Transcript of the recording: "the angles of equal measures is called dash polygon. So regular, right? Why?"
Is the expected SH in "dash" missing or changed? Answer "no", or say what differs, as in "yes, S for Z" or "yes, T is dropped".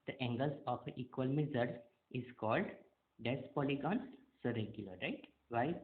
yes, S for SH